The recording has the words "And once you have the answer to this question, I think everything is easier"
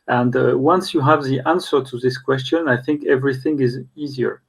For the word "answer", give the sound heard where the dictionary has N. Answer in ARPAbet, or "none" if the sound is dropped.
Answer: N